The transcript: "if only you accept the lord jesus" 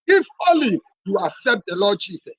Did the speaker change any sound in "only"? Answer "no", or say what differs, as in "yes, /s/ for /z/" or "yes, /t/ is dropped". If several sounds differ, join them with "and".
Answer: yes, /n/ is dropped